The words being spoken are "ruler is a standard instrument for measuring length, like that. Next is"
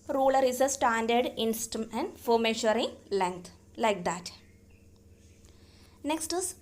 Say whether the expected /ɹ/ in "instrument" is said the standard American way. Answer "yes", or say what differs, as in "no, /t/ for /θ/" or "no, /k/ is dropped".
no, /ɹ/ is dropped